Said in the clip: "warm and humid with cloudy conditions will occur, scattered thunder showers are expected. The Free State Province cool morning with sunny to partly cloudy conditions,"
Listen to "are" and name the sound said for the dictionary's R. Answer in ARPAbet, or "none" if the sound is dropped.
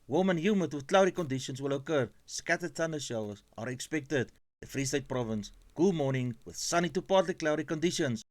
R